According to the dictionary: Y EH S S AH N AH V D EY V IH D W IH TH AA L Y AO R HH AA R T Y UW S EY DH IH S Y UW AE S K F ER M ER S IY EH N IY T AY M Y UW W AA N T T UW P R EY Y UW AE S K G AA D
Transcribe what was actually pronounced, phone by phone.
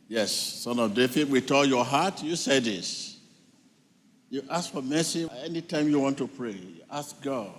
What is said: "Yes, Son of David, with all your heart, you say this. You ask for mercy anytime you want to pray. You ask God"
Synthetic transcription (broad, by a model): Y EH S S AH N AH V D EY F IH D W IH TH AA L Y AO HH AA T Y UW S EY DH IH S Y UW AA S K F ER M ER S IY EH N IY T AY M Y UW W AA N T T UW P R EY Y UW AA S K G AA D